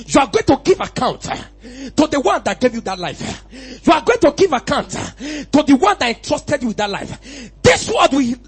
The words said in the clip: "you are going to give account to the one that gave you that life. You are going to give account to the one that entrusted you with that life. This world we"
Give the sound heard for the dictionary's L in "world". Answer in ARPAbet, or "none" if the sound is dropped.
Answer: none